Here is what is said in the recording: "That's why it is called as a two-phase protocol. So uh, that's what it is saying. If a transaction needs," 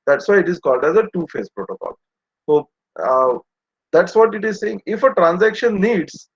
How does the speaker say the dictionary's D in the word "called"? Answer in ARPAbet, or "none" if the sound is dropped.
D